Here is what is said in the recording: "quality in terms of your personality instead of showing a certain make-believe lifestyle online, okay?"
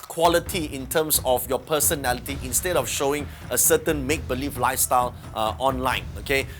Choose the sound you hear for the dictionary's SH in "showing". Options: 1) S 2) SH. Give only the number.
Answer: 2